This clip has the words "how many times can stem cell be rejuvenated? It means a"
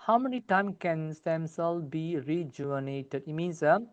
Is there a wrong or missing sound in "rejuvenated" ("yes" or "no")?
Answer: yes